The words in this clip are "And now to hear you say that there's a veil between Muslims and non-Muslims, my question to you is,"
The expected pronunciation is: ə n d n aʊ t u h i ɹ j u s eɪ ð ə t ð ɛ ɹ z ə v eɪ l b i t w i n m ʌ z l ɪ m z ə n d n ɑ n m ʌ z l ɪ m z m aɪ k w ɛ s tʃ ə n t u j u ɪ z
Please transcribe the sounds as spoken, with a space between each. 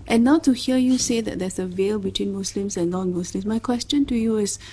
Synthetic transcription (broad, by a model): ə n n aʊ t u h i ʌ j u s eɪ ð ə t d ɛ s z ə v eɪ l b i t w i n m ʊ s l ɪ m s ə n n ɑ n m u s l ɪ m s m aɪ k w ɛ s tʃ ə n t u j u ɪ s